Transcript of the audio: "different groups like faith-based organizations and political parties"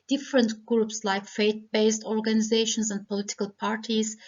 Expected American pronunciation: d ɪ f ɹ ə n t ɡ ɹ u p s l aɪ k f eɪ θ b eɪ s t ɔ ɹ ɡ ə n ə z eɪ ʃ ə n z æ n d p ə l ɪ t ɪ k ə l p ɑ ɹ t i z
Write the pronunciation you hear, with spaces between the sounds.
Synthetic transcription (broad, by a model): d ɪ f ɹ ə n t ɡ ɹ u p s l aɪ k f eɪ t b eɪ s t ɔ ɹ ɡ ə n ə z eɪ ʃ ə n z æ n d p ə l ɪ t ɪ k ə l p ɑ ɹ t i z